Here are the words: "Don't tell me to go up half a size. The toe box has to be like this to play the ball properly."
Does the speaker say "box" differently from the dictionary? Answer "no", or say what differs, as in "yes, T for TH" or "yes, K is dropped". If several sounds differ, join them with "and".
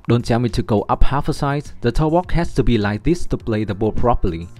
yes, S is dropped